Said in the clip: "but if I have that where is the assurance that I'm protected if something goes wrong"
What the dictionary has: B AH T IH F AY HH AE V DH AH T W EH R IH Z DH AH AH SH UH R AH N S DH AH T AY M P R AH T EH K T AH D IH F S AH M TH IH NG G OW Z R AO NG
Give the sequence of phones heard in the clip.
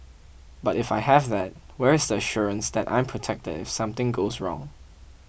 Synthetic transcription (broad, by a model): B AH T IH F AY HH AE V DH AH T W EH R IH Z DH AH AH SH UH R AH N S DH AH T AY M P R AH T EH K T AH D IH F S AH M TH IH NG G OW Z R AO NG